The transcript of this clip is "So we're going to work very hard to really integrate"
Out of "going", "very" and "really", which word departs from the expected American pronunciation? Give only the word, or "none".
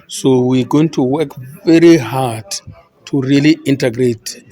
none